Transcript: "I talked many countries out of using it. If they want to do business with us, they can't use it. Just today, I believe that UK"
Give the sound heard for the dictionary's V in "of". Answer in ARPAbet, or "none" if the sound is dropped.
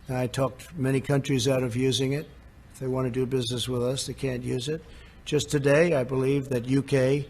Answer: V